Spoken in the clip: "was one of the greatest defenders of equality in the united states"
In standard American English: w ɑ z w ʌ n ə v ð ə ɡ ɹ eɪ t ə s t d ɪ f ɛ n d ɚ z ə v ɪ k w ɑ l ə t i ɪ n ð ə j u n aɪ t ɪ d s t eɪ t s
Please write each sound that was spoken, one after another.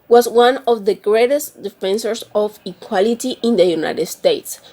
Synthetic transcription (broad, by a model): w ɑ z w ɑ n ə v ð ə ɡ ɹ eɪ t ə s t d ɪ f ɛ n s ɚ s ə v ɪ k w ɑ l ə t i ɪ n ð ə j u n aɪ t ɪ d s t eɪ t s